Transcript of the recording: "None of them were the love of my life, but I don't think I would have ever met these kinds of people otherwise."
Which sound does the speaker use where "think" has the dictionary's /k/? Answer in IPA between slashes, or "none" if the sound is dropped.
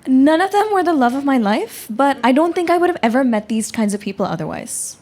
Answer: /k/